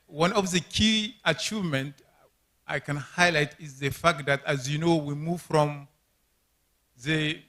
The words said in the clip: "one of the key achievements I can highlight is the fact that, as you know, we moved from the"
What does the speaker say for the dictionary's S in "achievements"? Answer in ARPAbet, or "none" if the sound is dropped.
none